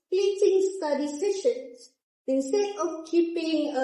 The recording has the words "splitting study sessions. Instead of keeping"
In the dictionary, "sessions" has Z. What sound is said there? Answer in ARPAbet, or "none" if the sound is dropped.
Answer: S